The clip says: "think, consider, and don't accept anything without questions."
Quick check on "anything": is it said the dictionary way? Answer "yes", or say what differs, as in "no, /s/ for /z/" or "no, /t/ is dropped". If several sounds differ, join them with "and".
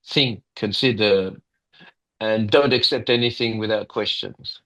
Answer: yes